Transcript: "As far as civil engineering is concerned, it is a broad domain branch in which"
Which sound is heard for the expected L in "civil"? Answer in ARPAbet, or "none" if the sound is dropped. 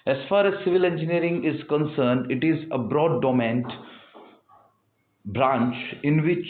L